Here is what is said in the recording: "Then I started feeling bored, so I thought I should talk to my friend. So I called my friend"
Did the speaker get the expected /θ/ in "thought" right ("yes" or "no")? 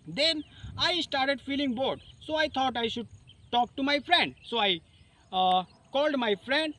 no